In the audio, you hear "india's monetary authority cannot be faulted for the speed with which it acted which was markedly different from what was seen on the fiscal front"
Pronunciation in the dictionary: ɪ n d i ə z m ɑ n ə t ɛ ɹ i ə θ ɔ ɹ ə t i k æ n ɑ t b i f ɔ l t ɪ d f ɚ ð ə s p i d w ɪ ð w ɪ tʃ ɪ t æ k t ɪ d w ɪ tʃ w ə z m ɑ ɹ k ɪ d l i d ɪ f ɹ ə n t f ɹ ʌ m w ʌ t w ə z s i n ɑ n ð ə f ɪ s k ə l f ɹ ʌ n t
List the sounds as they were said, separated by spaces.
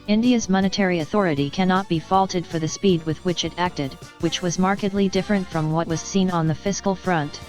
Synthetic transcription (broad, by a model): ɪ n d i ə z m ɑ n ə t ɛ ɹ i ə θ ɔ ɹ ə t i k æ n ɑ t b i f ɔ l t ɪ d f ɚ ð ə s p i d w ɪ ð w ɪ tʃ ɪ t æ k t ɪ d w ɪ tʃ w ə z m ɑ ɹ k ɪ d l i d ɪ f ɹ ə n t f ɹ ʌ m w ʌ t w ə z s i n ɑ n ð ə f ɪ s k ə l f ɹ ʌ n t